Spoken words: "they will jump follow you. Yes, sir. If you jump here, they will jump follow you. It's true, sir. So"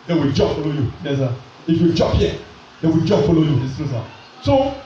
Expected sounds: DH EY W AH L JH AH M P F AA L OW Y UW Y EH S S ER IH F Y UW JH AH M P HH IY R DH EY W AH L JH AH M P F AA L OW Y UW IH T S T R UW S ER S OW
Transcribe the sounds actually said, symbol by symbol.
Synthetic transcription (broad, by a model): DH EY W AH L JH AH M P F AA L OW Y UW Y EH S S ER IH F Y UW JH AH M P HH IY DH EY W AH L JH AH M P F AA L OW Y UW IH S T UW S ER S OW